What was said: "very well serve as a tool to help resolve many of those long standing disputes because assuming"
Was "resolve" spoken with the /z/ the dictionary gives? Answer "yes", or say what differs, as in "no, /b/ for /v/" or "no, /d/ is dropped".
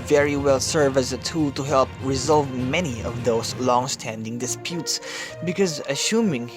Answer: yes